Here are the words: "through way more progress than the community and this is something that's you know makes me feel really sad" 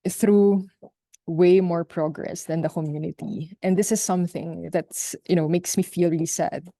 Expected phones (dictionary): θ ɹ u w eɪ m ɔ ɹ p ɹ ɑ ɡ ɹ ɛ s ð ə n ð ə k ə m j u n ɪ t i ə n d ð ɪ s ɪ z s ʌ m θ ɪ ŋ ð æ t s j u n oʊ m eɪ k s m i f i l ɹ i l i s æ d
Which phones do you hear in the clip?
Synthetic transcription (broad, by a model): θ ɹ u w eɪ m ɔ ɹ p ɹ ɑ ɡ ɹ ɛ s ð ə n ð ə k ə m j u n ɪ t i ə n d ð ɪ s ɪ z s ʌ m θ ɪ ŋ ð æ t s j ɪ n oʊ m eɪ k s m i f i l ɹ i l i s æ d